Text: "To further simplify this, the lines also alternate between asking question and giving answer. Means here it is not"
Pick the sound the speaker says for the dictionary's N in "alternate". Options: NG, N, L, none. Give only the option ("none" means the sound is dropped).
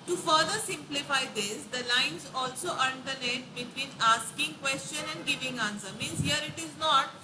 L